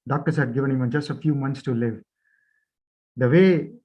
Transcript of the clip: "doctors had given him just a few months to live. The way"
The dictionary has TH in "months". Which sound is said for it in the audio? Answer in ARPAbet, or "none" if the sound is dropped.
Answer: T